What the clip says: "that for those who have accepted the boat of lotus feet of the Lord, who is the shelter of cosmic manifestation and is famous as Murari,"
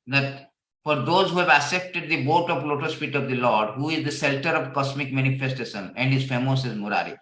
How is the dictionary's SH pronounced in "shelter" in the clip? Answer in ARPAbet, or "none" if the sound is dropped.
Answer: S